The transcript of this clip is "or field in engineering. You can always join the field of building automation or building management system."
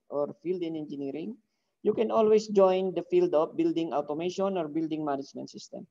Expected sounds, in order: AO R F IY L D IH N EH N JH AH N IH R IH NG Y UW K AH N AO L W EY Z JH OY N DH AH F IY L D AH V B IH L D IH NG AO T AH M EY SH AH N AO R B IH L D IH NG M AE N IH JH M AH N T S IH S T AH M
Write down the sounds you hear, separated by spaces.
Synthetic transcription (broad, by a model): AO R F IY L D IH N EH N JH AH N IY R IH NG Y UW K AH N AO L W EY S JH OY N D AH F IY L D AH P B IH L D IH NG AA T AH M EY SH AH N AO R B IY L D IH NG M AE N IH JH M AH N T S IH S T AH M